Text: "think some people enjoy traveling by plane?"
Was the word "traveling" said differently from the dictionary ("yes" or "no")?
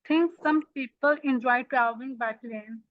yes